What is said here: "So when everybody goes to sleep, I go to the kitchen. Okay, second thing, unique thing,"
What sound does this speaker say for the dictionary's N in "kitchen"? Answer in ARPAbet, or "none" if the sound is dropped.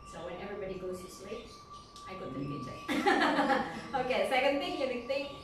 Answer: none